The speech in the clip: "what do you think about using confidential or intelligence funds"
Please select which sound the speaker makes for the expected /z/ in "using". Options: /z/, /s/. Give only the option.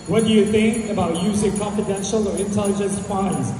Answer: /z/